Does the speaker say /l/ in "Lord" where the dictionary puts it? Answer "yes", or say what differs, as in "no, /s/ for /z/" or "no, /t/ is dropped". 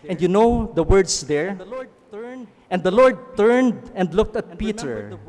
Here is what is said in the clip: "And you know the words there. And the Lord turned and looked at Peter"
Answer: yes